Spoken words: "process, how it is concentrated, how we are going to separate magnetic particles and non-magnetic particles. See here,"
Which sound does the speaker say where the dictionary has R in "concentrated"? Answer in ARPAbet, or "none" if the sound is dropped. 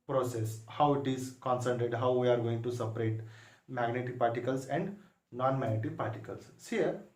none